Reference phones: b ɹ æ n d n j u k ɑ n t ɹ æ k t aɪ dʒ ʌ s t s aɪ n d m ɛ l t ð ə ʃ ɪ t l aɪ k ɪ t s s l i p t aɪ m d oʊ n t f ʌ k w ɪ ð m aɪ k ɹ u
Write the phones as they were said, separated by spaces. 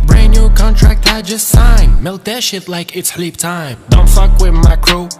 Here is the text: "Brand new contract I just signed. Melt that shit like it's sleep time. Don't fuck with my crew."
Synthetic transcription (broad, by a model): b ɹ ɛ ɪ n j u k ɑ n t ɹ æ k t aɪ dʒ ʌ s t s aɪ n m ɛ l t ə ʃ ɪ t l aɪ k ɪ t s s l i p t aɪ m d oʊ n t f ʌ k w ɪ ð m aɪ k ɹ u